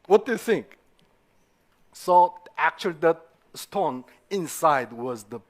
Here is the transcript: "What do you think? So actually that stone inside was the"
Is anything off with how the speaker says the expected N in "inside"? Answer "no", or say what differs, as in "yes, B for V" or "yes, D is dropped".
no